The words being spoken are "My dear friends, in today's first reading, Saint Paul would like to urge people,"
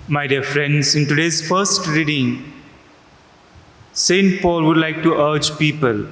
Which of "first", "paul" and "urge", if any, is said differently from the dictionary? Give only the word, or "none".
none